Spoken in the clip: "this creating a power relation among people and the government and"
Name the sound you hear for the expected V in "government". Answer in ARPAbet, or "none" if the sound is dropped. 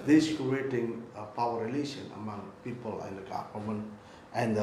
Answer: F